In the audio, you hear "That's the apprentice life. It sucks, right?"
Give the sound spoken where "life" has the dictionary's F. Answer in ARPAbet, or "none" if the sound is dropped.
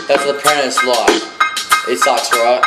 none